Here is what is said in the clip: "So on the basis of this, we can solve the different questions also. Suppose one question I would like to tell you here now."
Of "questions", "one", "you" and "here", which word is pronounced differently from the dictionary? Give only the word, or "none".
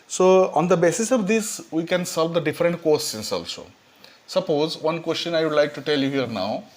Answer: questions